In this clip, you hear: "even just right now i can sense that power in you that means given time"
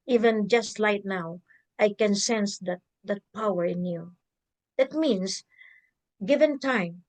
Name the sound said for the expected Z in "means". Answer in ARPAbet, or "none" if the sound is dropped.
S